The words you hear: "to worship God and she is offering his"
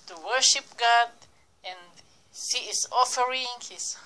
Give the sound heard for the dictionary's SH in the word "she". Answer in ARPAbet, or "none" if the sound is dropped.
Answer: S